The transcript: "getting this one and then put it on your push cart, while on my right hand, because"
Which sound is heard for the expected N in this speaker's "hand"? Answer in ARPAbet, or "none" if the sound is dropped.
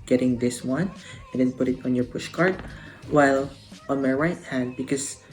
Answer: N